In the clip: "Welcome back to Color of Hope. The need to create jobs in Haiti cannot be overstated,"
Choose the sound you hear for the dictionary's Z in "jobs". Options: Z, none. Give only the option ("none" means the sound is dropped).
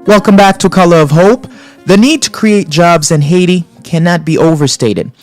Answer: Z